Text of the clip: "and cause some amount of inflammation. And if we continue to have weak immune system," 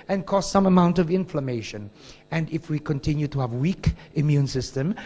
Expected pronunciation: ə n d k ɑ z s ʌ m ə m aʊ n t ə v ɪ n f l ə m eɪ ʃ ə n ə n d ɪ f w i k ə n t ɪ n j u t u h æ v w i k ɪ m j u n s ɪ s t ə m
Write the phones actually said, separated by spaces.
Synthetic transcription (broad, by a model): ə n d k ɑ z s ʌ m ə m aʊ n t ə v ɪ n f l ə m eɪ ʃ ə n ə n d ɪ f w i k ə n t ɪ n j u t u h æ v w i k ɪ m j u n s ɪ s t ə m